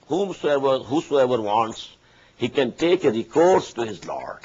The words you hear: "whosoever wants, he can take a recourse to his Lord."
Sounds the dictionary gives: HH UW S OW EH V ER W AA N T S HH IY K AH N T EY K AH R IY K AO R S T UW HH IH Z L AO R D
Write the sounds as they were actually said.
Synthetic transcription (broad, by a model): HH UW S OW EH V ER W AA N T S HH IY K AH N T EY K AH R IY K AO R S T UW HH IH Z L AO R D